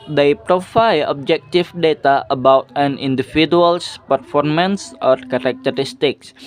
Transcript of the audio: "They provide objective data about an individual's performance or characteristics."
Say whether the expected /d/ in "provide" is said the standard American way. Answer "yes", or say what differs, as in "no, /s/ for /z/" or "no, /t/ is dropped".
no, /d/ is dropped